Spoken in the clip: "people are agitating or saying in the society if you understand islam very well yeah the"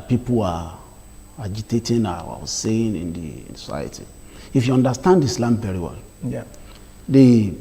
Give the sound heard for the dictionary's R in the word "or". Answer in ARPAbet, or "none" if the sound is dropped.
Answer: W